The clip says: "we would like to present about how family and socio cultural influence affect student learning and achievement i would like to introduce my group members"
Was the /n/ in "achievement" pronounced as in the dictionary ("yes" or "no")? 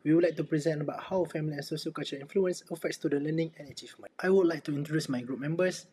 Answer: no